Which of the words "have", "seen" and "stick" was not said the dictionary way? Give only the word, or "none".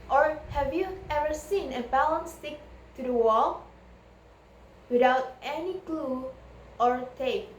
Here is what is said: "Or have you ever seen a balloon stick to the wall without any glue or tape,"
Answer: none